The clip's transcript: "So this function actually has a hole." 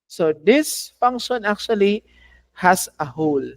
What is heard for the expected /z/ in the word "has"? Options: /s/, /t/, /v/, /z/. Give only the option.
/s/